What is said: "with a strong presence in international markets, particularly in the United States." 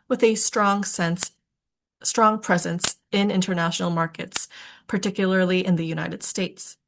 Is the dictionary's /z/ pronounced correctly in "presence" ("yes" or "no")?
yes